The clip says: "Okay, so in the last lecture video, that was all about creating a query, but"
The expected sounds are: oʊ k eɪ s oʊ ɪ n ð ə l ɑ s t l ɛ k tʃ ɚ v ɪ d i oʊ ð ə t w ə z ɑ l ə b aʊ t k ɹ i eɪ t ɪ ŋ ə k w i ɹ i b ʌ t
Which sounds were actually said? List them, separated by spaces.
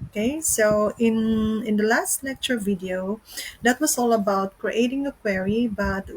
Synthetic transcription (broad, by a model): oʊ k eɪ s oʊ ɪ n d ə l ɑ s t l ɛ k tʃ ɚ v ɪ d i oʊ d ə t w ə s ɑ l ə b aʊ t k ɹ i eɪ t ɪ ŋ ə k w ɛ ɹ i b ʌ t